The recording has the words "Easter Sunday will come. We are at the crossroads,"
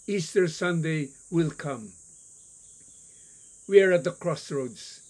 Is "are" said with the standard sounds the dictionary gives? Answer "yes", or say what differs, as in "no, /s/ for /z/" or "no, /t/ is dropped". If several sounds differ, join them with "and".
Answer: yes